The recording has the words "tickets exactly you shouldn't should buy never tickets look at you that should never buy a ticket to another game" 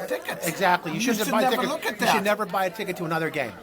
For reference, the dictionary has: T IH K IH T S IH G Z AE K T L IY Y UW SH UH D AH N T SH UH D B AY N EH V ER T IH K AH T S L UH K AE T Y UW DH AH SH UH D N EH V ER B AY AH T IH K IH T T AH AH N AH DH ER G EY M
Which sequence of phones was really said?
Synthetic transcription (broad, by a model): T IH K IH T IH G Z AE K T L IY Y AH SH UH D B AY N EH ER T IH AH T L UH K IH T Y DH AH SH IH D N EH V ER B AY AH T IH K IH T T AH AH N AH DH ER G EY M